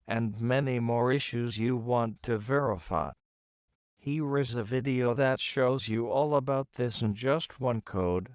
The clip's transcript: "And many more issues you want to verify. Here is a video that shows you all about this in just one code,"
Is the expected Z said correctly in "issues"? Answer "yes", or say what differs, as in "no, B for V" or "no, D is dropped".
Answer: yes